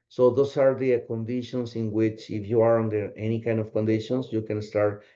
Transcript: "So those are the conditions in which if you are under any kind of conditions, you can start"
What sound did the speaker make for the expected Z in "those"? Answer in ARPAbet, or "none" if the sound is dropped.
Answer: S